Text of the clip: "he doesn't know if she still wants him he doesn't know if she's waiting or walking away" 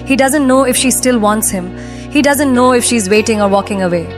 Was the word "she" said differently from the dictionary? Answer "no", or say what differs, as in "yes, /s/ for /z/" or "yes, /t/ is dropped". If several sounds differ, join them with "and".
no